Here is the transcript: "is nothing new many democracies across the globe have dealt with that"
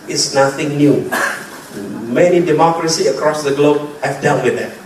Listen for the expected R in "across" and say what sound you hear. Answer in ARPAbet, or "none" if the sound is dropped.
R